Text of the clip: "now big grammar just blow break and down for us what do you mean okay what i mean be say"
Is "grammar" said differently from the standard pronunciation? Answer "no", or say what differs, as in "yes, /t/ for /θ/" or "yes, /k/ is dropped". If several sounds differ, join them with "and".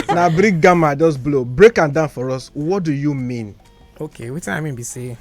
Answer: yes, /ɹ/ is dropped